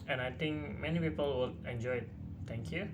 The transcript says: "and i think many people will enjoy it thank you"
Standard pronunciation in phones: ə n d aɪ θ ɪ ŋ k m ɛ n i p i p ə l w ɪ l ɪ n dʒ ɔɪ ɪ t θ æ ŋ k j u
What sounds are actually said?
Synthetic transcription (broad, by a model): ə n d aɪ t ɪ ŋ k m ɛ n i p i p ə l w ɪ l ɪ n dʒ ɔɪ ɪ t t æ ŋ k j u